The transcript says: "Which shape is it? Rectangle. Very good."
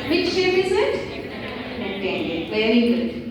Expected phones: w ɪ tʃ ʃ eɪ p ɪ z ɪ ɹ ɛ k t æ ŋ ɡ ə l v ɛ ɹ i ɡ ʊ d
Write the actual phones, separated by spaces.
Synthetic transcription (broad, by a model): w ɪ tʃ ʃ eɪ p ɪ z ɪ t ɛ t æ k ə v ɛ ɹ i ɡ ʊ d